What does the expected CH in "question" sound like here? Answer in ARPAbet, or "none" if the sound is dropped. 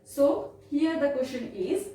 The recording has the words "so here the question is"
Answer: SH